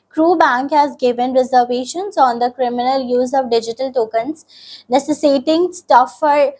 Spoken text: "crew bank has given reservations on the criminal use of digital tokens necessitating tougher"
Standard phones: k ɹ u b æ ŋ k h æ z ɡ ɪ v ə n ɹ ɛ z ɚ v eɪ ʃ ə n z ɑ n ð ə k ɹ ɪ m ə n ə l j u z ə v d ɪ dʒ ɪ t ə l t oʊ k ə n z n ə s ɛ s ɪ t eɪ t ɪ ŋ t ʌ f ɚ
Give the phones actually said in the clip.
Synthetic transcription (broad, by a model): k ɹ u b æ ŋ k h æ z ɡ ɪ v ə n ɹ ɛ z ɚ v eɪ ʃ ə n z ɑ n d ə k ɹ ɪ m ə n ə l j u z ə v d ɪ dʒ ɪ t ə l t oʊ k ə n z n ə s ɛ s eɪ t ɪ ŋ t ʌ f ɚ